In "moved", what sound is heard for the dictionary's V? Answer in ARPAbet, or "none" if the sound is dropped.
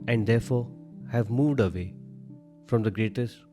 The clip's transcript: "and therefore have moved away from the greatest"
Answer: V